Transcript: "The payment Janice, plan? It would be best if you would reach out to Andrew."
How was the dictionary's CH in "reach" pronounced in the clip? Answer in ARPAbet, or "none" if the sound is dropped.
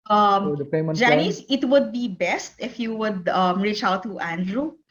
CH